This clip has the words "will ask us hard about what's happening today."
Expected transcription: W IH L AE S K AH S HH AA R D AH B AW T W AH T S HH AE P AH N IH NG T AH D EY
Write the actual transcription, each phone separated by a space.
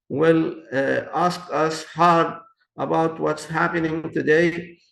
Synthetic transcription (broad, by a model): W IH L AE S K AH S HH AA R D AH B AW T W AH T S HH AE P AH N IH NG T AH D EY